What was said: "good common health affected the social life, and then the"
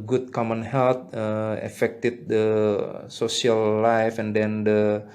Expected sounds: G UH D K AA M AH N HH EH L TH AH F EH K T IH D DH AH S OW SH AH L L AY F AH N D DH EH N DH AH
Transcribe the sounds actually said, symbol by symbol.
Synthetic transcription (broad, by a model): G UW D K AA M AH N HH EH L T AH F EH K T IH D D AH S OW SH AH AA L AY F AH N D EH N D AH